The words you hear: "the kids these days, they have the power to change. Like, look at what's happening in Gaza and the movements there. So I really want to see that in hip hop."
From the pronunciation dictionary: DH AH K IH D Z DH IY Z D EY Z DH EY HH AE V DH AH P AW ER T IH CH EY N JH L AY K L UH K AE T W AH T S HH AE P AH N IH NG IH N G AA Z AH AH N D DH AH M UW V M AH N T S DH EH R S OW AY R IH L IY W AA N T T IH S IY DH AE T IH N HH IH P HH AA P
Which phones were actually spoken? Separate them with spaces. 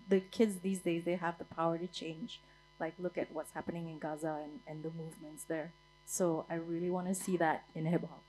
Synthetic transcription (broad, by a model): DH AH K IH D Z DH IY Z D EY Z DH EY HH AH V DH AH P AW ER T IH CH EY N JH L AY K L UH K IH T W AH T S HH AE P AH N IH NG IH N G AA Z AH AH N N DH AH M UW V M AH N T S DH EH R S OW AY R IH L IY W AA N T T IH S IY DH AE T IH N HH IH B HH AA